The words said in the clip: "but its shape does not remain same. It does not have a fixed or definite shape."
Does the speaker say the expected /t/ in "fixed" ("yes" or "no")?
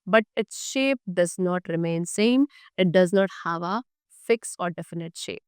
no